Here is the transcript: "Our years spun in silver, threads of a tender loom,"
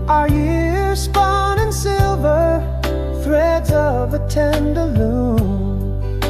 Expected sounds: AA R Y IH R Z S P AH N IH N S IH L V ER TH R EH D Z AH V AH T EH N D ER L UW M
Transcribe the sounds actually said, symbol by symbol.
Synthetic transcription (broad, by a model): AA R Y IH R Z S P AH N IH N S IH L V ER TH R EH D Z AH V AH T EH N D ER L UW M